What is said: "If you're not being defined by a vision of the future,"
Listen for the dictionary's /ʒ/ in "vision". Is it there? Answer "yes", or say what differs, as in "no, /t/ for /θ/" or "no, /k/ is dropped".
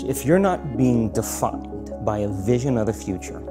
yes